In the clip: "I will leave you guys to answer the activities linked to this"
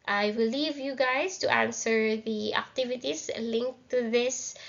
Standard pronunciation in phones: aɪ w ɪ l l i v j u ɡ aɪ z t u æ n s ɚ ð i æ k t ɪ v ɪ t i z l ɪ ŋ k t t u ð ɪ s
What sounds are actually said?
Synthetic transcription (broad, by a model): aɪ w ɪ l l i v j u ɡ aɪ s t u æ n s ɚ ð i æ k t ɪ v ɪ t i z l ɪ ŋ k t t u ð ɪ s